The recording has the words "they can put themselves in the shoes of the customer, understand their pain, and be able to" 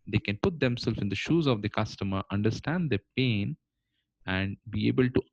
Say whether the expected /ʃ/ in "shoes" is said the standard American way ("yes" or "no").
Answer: yes